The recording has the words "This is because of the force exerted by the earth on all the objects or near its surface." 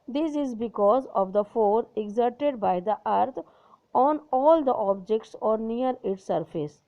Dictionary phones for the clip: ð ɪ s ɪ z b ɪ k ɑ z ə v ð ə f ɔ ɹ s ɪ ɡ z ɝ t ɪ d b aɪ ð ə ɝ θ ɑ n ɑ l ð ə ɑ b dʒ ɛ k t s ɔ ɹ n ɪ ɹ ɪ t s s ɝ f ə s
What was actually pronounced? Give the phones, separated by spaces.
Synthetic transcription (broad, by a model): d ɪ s ɪ z b ɪ k ɑ z ə v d ə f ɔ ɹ ɪ ɡ z ɝ t ɪ d b aɪ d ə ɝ t ɑ n ɑ l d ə ɑ b dʒ ɛ k t s ɔ ɹ n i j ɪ t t s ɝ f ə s